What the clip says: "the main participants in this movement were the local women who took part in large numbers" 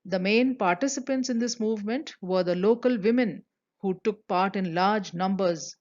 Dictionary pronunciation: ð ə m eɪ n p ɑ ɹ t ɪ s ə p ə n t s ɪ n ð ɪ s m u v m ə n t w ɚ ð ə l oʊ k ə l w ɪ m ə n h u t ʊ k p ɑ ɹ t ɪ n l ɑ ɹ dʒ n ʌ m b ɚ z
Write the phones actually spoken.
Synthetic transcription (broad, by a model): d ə m eɪ n p ɑ ɹ t ɪ s ə p ə n t s ɪ n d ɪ s m u v m ə n t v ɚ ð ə l oʊ k ə l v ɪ m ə n h u t ʊ k p ɑ ɹ t ɪ n l ɑ ɹ dʒ n ʌ m b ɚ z